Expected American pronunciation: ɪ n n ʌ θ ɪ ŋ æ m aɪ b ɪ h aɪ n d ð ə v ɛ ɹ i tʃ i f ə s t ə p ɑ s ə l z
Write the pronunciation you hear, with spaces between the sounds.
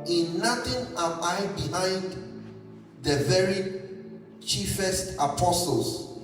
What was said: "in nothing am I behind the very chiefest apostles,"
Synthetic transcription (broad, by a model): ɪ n n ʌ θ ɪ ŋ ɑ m aɪ b ɪ h aɪ n d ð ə v ɛ ɹ i tʃ i f ə s t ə p ɑ s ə l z